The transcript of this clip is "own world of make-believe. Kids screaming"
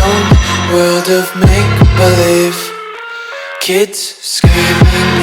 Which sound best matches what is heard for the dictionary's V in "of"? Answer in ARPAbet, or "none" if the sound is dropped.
V